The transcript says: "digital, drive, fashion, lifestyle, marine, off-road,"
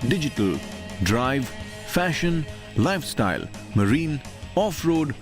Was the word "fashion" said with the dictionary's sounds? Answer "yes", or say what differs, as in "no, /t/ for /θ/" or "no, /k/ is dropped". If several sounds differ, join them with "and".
yes